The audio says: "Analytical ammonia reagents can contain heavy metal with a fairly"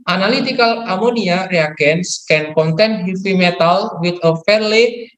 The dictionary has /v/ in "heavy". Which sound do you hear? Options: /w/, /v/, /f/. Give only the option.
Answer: /f/